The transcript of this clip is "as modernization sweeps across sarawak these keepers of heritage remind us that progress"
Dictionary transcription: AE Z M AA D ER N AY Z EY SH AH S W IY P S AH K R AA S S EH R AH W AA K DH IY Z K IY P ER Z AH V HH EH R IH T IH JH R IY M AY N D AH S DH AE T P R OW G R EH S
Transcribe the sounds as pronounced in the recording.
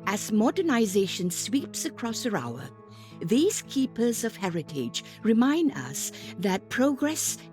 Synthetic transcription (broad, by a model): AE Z M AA D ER N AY Z EY SH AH S W IY P S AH K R AA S S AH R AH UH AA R DH IY Z K IY P ER Z AH V HH EH R IH T IH JH R IY M AY N D AH S DH AE T P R OW G R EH S